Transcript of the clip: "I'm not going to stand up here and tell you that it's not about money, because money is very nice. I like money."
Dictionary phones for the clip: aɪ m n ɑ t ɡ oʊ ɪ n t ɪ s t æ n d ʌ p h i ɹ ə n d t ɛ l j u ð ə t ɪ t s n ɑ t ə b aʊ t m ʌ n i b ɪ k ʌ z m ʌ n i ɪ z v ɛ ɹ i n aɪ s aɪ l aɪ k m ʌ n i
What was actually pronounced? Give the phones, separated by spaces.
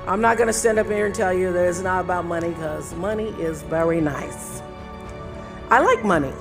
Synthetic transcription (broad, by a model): aɪ m n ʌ t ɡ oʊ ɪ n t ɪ s t æ n d ʌ p h i ɹ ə n t ɛ l j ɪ ð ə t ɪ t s n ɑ t ə b aʊ t m ʌ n i k ʌ z m ʌ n i ɪ z v ɛ ɹ i n aɪ s aɪ l aɪ k m ʌ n i